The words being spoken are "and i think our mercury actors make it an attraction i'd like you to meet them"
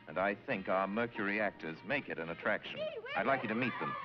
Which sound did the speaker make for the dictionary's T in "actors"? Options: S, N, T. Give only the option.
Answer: T